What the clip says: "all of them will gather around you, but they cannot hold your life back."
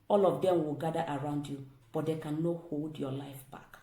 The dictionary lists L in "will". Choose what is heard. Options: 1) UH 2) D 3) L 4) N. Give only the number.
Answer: 3